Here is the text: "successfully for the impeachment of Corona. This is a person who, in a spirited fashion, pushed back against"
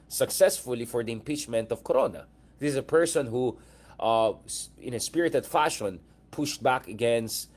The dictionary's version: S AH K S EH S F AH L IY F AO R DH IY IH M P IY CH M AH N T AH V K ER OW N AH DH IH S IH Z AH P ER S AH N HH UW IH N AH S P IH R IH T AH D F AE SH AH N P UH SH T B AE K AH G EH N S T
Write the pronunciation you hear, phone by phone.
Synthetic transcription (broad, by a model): S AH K S EH S F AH L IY F AO R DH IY IH M P IY CH M AH N T AH V K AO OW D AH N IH IH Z AH P ER S AH N HH UW IH N AH S P IH R IH T AH D F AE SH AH N P UH SH T B AE K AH G EH N S T